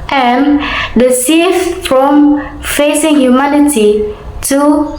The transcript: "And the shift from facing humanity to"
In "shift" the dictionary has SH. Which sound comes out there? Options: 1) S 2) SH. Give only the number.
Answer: 1